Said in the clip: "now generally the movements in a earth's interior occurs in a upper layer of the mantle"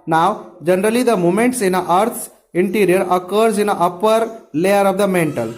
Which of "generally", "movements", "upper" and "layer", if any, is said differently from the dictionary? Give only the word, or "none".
movements